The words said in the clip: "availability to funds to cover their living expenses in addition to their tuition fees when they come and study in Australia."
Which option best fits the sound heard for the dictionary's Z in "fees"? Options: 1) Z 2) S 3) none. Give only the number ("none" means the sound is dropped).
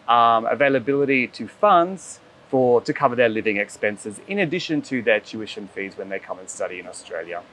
1